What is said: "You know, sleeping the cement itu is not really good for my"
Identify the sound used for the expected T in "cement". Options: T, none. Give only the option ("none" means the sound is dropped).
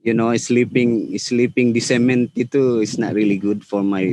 T